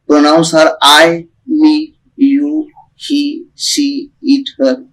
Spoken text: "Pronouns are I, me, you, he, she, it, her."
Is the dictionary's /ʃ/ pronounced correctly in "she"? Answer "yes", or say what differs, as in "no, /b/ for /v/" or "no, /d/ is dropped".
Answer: no, /s/ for /ʃ/